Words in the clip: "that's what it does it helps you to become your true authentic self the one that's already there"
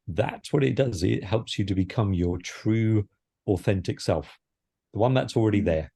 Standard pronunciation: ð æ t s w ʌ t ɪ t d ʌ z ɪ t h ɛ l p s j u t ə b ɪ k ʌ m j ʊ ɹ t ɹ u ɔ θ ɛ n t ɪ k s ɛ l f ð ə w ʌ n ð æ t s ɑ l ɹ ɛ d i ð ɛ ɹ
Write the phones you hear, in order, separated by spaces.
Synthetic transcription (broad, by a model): ð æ t s w ʌ t ɪ t d ʌ z ɪ t h ɛ l p s j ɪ t ə b ɪ k ʌ m j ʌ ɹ t ɹ u ɔ θ ɛ n t ɪ k s ɛ l f ð ə w ʌ n ð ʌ t s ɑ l ɹ ɛ d i ð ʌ ɹ